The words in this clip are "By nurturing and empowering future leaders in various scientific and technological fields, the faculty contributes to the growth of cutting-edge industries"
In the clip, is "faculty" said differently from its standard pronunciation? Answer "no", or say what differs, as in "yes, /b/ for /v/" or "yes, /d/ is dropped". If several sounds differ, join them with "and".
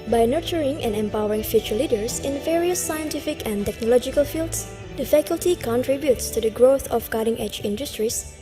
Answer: no